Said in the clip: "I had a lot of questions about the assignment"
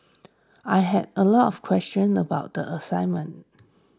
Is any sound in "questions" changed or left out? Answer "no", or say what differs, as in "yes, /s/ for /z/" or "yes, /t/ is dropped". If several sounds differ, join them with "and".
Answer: yes, /z/ is dropped